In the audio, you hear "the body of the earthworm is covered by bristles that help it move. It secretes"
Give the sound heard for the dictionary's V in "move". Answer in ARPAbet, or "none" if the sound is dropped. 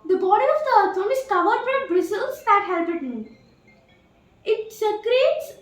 none